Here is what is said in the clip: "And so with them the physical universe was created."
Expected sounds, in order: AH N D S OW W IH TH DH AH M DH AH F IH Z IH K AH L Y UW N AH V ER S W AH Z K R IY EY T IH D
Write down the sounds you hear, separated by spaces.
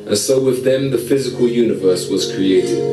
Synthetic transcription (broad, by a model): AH N S OW W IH DH AH M DH AH F IH Z IH K AH L Y UW N AH V ER S W AH Z K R IY EY T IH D